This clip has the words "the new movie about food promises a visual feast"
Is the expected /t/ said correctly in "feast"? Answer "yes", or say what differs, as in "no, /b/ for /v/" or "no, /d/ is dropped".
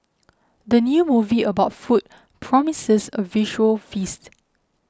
yes